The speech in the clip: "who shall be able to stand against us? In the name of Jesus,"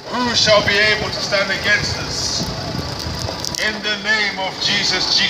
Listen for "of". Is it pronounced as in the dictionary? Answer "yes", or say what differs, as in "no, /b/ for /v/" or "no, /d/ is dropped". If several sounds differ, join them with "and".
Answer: yes